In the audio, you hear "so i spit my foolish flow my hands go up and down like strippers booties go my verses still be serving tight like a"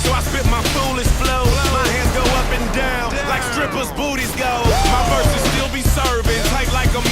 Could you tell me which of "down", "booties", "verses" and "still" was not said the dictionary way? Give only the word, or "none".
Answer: verses